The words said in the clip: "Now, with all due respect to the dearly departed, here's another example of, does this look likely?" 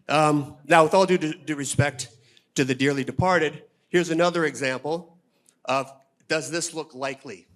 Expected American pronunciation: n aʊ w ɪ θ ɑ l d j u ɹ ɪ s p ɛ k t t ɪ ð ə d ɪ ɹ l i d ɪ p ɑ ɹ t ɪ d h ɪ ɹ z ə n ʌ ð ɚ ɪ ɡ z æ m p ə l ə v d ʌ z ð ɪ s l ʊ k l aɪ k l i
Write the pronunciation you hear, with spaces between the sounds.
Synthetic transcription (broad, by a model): n aʊ w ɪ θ ɑ l d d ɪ ɹ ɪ s p ɛ k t t ɪ ð ə d ɪ ɹ l i d ɪ p ɑ ɹ t ɪ d h ɪ ɹ z ə n ʌ ð ɚ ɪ ɡ z æ m p l ə v d ʌ z ð ɪ s l ʊ k l aɪ k l i